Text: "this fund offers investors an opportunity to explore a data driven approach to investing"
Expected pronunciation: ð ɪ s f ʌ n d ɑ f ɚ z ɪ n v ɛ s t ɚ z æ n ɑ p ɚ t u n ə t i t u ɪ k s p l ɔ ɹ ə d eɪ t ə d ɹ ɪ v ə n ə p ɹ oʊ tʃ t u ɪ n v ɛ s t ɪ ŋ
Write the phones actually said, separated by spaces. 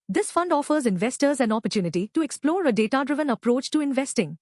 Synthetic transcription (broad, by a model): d ɪ s f ʌ n d ɑ f ɚ z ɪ n v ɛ s t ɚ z æ n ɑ p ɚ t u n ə t i t u ɪ k s p l ɔ ɹ ə d eɪ t ə d ɹ ɪ v ə n ə p ɹ oʊ tʃ t u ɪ n v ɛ s t ɪ ŋ